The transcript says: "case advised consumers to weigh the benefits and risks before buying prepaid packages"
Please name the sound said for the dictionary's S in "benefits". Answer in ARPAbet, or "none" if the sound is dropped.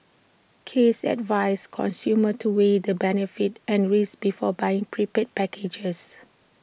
none